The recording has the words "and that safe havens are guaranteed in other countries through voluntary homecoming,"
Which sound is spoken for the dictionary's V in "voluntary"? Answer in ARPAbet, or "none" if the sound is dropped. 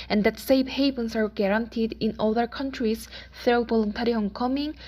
B